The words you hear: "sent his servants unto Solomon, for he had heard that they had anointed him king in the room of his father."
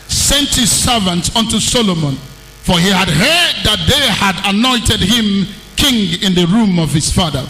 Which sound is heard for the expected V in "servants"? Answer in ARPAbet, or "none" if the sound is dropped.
V